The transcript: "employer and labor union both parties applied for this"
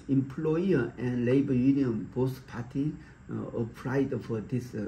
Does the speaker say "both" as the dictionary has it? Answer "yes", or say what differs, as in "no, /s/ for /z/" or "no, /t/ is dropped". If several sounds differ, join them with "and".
no, /s/ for /θ/